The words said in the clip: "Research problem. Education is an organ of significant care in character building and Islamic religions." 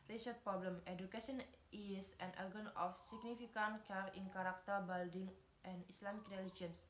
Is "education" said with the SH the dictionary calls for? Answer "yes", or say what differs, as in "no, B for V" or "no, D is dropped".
no, S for SH